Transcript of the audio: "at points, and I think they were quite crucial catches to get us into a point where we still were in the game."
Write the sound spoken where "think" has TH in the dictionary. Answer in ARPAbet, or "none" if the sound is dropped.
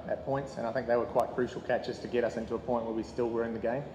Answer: TH